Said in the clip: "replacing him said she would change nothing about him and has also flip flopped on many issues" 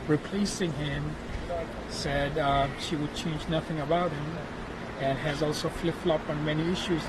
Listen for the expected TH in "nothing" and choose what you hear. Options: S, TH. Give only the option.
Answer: TH